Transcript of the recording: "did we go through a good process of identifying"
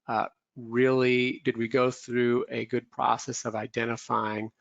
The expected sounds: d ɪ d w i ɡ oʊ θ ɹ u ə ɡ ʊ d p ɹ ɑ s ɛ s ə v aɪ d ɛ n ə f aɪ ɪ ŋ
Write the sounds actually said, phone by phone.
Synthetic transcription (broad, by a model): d ɪ d w i ɡ oʊ θ ɹ u ə ɡ ʊ d p ɹ ɑ s ɛ s ə v aɪ d ɛ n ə f aɪ ɪ ŋ